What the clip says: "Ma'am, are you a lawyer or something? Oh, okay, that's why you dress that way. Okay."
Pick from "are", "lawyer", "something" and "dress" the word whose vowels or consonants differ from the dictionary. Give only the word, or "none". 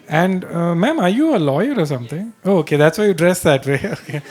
something